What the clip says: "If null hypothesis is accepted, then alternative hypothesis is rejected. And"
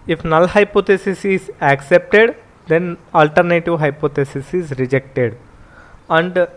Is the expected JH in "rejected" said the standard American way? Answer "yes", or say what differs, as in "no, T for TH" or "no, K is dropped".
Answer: yes